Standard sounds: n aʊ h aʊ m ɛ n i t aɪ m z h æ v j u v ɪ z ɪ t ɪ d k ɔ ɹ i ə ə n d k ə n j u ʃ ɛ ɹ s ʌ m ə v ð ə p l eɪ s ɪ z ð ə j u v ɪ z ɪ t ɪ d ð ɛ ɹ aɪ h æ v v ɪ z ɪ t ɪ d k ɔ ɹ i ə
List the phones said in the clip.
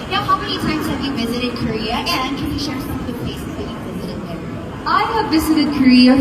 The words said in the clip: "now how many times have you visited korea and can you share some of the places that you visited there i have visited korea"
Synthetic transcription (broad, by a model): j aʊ h aʊ m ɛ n i t aɪ m z h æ v j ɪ v ɪ z ɪ t ɪ d k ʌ ɹ i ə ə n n k ə n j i ʃ ɛ ɹ s ʌ m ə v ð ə p l eɪ s ɪ z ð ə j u v ɪ z ɪ t ɪ d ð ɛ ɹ aɪ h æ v v ɪ z ɪ t ɪ d k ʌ ɹ i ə